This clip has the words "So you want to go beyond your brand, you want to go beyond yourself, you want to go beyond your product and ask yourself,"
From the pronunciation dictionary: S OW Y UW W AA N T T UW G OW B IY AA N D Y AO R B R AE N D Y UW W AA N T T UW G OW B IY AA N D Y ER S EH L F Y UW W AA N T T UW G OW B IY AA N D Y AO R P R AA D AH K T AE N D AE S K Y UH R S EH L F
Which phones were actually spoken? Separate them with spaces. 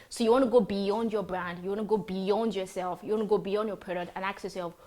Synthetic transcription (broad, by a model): S OW Y UW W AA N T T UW G OW B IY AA N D Y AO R B R AE N D Y UW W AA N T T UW G OW B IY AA N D Y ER S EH L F Y UW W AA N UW G OW B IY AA N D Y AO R P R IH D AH T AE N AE K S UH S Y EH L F